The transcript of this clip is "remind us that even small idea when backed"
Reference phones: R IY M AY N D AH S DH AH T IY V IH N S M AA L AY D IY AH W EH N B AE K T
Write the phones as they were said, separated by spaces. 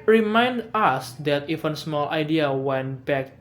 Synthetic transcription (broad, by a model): R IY M AY N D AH S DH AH T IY F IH N S M AA L AY D IY AH W EH N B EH K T